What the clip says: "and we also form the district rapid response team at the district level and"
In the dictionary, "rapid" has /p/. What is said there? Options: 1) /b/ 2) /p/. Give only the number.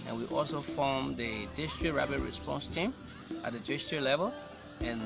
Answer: 1